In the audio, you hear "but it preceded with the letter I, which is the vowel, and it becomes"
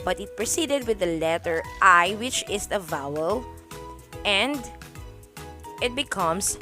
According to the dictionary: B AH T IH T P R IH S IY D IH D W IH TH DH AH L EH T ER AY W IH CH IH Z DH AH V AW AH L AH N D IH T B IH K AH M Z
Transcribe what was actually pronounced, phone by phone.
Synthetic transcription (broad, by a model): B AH T IH T P R IH S IY D IH D W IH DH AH L EH T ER AY W IH CH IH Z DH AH V AW AH L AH N D IH T B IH K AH M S